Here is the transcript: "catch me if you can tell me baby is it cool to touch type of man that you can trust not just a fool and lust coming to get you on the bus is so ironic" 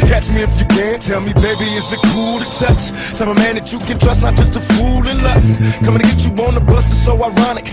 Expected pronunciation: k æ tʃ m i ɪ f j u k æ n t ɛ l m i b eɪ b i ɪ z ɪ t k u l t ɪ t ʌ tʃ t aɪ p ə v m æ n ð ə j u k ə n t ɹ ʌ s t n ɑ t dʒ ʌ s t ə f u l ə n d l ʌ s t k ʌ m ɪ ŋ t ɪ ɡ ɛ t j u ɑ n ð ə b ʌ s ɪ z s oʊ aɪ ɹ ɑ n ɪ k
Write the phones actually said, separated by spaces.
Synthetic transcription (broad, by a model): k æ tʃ m i ɪ f j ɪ k æ n t ɛ l m i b eɪ b i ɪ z ɪ t k u l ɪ s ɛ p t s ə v m æ n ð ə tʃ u k ə n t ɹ ʌ s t n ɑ t dʒ ʌ s t ə f u l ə n l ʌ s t k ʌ m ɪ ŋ t ɪ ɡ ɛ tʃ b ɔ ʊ n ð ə b ʌ s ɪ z s oʊ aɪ ɹ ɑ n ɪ k